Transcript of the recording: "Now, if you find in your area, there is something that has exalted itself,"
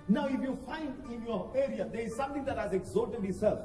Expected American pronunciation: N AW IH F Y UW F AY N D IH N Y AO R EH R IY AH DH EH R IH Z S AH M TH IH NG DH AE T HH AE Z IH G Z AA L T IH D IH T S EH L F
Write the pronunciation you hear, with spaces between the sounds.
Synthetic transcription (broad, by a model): N AW IH F Y UW F AY N D IH N Y AO R EH R IY AH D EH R IH Z S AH M T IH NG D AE T HH AE Z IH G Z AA T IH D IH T S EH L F